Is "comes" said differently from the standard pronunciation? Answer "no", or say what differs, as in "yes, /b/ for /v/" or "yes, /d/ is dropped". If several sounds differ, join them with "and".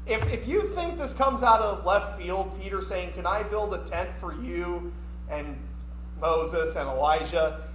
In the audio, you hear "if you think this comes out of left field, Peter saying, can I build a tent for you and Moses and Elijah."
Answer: no